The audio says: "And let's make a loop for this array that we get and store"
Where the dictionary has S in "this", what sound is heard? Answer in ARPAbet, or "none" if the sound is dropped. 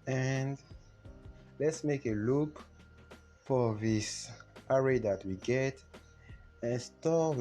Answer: S